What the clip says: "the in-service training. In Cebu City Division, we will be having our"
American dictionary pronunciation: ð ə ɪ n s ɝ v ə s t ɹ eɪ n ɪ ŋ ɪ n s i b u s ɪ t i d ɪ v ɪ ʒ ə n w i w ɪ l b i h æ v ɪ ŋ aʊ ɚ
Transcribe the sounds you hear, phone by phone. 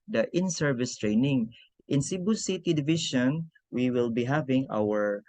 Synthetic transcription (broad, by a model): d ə ɪ n s ɝ v ə s t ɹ eɪ n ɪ ŋ ɪ n s i b u s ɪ t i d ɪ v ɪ ʃ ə n w i w ɪ l b i h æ v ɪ ŋ aʊ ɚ